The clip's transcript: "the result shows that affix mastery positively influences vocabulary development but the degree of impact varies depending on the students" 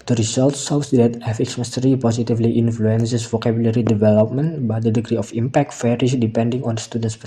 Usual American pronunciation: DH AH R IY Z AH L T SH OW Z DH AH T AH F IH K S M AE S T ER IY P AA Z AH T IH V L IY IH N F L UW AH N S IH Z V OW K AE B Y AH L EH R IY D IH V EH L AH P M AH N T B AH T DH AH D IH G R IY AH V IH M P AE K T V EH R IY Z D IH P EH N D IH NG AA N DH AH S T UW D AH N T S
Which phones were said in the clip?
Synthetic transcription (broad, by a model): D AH R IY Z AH L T S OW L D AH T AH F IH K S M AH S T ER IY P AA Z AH T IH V L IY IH N F L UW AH N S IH S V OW K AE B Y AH L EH R IY D IH V EH L AH P M AH N T B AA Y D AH D IH G R IY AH F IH M P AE K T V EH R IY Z D IH P EH N D IH NG AA N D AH S T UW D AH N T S